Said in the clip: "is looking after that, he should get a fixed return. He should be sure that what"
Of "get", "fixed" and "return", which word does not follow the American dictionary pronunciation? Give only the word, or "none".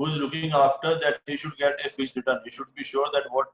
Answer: fixed